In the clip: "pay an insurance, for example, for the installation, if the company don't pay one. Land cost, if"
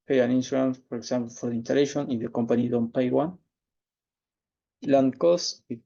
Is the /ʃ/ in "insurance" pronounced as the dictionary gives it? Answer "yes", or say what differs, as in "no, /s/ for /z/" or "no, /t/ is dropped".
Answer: no, /s/ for /ʃ/